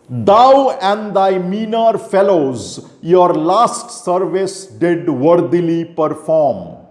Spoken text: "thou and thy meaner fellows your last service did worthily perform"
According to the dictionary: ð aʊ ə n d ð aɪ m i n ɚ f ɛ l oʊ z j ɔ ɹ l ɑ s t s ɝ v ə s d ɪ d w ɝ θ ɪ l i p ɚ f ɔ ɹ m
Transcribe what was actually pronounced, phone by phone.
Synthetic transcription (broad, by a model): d aʊ ə n d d aɪ m i n ɚ f ɛ l oʊ z j ɔ ɹ l ɑ s t s ɝ v ə s d ɪ d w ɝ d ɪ l i p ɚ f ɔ ɹ m